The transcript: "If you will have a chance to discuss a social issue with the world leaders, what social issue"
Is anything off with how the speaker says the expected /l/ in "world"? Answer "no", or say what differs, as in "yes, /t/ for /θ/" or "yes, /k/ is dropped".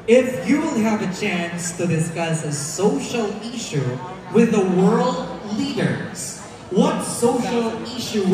no